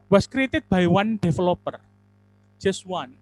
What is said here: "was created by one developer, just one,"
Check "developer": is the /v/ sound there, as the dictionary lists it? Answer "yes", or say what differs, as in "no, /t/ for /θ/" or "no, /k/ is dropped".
no, /f/ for /v/